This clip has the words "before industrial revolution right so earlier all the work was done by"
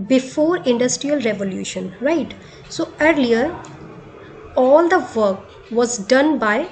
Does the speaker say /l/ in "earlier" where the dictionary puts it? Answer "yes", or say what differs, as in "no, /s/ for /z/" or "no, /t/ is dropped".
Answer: yes